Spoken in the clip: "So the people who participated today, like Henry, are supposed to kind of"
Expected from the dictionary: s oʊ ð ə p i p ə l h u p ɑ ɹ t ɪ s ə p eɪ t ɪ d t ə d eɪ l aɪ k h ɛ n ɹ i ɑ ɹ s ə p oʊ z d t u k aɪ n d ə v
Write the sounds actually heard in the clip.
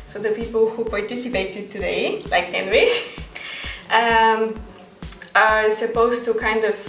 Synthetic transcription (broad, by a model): s oʊ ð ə p i p ə l h u p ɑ ɹ t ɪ s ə p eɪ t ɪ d t ə d eɪ l aɪ k h ɛ n ɹ i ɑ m s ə p oʊ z t u k aɪ n d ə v